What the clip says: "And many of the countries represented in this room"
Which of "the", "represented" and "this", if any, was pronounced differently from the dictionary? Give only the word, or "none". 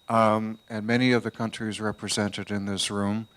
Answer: none